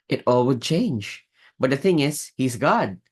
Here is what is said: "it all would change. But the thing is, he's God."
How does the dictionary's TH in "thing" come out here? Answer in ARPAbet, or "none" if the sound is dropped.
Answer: TH